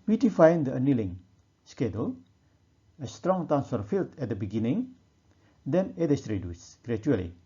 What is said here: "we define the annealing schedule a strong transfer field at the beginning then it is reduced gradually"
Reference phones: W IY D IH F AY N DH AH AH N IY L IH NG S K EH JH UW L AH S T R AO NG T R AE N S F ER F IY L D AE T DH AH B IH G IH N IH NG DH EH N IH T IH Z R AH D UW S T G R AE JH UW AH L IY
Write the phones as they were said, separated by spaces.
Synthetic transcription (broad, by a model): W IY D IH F AY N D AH AH N IY L IH NG S K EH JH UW L AH S T R AO NG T AE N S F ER F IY L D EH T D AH B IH G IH N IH NG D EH N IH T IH S R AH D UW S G R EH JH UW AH L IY